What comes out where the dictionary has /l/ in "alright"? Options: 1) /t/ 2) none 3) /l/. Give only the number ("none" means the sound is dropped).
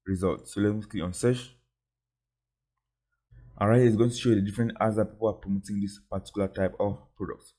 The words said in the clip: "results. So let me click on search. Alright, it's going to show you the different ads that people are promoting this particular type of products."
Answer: 2